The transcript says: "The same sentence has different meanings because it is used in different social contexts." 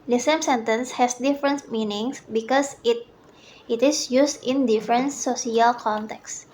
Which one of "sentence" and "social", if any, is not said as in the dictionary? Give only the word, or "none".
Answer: social